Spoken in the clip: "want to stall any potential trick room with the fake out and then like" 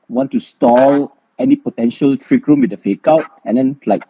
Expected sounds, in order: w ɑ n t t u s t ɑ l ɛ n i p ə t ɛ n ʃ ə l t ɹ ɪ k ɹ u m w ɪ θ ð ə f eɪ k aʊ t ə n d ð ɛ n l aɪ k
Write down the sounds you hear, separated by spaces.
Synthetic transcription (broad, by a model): w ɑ n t t u s t ɑ l ɛ n i p ə t ɛ n ʃ ə l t ɹ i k ɹ u m w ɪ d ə f eɪ k aʊ t ə n d ɛ n l aɪ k